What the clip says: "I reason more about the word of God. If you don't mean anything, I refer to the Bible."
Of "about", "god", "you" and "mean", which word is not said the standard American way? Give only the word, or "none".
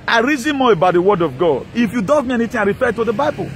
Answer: mean